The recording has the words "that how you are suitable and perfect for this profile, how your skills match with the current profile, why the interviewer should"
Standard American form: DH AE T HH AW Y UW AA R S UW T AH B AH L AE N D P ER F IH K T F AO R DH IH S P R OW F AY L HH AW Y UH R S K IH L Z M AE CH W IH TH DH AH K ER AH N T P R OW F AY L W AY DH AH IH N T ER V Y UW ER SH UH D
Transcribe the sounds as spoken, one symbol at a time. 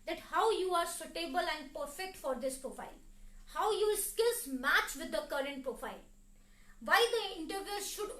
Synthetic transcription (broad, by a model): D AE T HH AW Y UW AA R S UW T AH B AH L AE N D P ER F IH K T F AO R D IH S P R OW F AY L HH AW Y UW L S K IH L S M AE CH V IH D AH K ER AH N T P R OW F AY L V AY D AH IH N T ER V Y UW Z SH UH D